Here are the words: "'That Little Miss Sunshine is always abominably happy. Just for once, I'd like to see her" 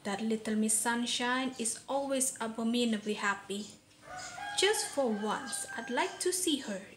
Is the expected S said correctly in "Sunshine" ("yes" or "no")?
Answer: yes